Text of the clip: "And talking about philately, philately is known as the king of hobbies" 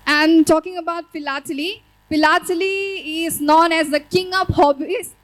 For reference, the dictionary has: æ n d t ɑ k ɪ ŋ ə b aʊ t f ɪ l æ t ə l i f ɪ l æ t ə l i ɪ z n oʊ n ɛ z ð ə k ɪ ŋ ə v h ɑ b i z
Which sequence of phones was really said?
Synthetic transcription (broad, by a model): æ n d t ɑ k ɪ ŋ ə b aʊ t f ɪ l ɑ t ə l i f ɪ l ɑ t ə l i ɪ z n oʊ n ɛ z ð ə k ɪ ŋ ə p h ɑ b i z